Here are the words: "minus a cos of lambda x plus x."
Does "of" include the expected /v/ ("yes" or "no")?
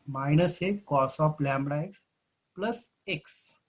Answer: no